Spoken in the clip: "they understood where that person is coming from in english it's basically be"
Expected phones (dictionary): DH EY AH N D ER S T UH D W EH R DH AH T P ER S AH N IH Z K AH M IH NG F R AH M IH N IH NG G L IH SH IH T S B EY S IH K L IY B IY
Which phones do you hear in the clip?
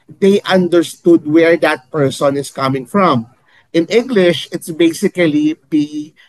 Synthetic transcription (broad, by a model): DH EY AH N D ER S T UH D W EH R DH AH T P ER S AH N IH S K AH M IH NG F R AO M IH N IH NG G L IH SH IH T S B EY S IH K L IY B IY